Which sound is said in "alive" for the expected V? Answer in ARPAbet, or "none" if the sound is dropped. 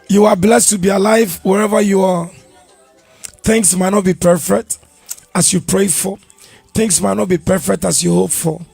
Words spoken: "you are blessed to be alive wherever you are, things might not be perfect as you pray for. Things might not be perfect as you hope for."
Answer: V